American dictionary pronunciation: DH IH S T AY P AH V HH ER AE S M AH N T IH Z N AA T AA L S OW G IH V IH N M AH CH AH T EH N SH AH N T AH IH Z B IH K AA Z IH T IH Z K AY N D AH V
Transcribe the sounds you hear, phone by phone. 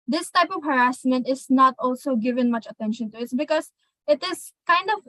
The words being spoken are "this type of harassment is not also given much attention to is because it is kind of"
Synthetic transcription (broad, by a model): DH IH S T AY P AH V HH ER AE S M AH N T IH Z N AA T AA L S OW G IH V IH N M AH CH AH T EH N SH AH N T AH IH S B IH K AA S IH T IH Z K AY N D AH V